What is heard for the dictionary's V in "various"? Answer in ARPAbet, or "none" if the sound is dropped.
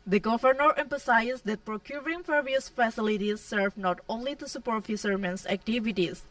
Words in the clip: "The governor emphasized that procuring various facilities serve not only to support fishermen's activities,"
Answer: F